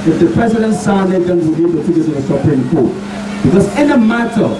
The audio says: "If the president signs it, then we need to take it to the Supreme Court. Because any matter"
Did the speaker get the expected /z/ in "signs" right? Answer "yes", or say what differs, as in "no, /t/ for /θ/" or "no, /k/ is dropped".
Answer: no, /z/ is dropped